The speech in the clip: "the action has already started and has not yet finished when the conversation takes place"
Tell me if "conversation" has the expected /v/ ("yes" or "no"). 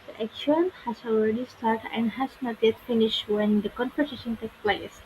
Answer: no